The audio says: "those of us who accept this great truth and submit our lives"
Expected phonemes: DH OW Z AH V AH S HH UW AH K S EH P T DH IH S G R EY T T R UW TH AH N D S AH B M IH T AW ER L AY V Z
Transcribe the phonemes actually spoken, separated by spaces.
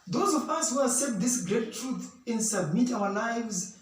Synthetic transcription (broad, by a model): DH OW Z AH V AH S HH UW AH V S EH T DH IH S G R EY T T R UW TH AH N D S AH B M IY T AW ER L AY V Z